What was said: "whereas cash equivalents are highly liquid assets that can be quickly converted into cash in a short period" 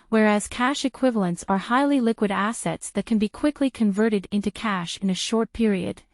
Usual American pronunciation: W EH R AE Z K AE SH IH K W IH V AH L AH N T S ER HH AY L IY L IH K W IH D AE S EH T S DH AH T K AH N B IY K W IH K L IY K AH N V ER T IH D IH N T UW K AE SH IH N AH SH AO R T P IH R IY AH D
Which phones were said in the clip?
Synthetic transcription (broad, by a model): W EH R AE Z K AE SH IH K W IH V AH L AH N T S ER HH AY L IY L IH K W IH D AE S EH T S DH AH T K AH N B IY K W IH K L IY K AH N V ER T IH D IH N T UW K AE SH IH N AH SH AO R T P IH R IY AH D